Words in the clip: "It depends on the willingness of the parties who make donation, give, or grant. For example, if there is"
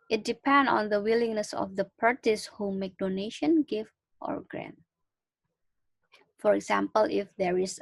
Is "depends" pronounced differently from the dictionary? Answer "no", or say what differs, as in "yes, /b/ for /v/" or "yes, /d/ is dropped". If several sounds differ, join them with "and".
yes, /z/ is dropped